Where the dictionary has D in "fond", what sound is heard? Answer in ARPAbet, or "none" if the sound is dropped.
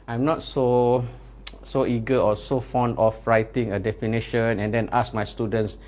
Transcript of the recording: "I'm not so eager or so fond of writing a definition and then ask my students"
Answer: D